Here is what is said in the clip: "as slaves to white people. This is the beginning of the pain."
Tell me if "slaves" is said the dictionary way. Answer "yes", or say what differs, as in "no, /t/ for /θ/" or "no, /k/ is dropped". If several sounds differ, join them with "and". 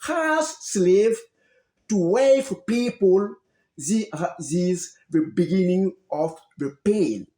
no, /z/ is dropped